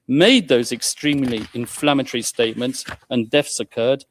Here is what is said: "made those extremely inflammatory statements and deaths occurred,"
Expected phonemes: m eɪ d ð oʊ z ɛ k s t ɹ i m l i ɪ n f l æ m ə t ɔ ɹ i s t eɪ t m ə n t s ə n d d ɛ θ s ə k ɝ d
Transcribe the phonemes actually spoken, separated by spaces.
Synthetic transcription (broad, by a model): m eɪ d ð oʊ z ɛ k s t ɹ i m l i ɪ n f l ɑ m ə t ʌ ɹ i s t eɪ t m ə n t s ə n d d ɛ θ s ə k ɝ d